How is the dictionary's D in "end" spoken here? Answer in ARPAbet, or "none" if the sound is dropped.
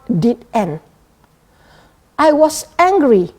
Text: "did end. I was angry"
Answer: none